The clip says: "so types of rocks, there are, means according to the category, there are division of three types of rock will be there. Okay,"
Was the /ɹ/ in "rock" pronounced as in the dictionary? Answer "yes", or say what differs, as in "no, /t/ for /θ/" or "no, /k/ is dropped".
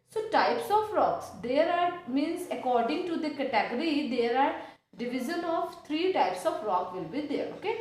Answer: yes